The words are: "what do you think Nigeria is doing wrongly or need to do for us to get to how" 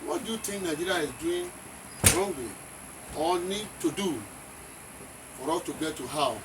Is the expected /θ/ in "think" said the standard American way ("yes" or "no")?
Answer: no